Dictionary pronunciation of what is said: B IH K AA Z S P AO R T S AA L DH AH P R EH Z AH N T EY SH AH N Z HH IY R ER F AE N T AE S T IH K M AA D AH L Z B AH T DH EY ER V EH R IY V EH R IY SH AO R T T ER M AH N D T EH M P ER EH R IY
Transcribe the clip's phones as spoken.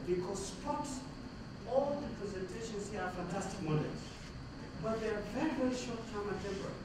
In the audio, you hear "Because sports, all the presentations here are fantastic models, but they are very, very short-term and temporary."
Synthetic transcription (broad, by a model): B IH K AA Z S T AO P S AA L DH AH P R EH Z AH N T EY SH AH N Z HH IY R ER F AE N T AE S T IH K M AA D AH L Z B AH T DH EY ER V EH R IY V EH R IY SH AO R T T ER AH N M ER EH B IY